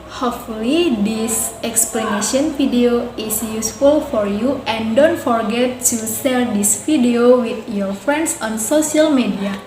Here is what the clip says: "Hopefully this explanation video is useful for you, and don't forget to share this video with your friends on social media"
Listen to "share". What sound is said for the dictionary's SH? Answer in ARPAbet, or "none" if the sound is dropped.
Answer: S